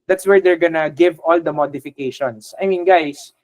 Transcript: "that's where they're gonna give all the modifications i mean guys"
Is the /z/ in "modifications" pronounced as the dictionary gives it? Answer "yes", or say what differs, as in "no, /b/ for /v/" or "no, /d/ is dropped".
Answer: no, /s/ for /z/